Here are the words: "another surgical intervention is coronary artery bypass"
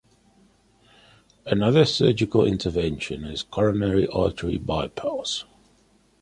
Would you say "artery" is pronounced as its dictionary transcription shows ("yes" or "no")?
no